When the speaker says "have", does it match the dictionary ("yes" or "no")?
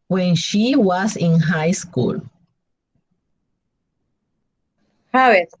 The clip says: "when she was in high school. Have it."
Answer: no